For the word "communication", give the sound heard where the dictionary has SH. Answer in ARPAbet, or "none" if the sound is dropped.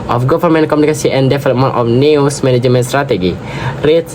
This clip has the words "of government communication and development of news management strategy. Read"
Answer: S